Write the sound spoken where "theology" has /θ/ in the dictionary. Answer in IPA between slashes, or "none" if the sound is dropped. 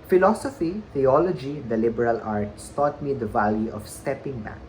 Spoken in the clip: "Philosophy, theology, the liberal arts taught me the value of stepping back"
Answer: /t/